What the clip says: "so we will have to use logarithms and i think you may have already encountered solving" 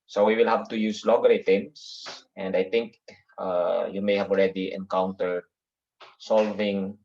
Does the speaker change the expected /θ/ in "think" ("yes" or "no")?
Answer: yes